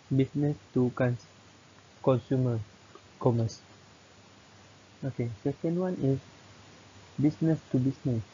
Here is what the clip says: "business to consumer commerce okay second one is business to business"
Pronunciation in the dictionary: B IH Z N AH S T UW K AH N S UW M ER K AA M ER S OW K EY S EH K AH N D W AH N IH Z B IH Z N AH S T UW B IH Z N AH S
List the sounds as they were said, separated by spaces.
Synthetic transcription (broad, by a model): B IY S N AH S T UW K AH N S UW M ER K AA M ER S OW K EY S EH K AH N D W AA N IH S B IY S N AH S T UW B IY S N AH S